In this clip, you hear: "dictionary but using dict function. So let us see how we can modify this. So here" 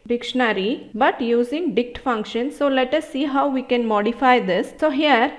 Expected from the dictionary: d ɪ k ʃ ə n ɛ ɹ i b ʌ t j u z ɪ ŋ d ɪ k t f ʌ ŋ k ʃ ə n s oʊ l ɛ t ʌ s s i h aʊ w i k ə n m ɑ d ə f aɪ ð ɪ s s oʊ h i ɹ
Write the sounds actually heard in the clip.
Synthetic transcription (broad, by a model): d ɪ k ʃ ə n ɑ ɹ i b ʌ t j u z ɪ ŋ d ɪ k t f ʌ ŋ k ʃ ə n s oʊ l ɛ t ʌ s s i h aʊ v i k ə n m ɑ d ə f aɪ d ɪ s s oʊ h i ɹ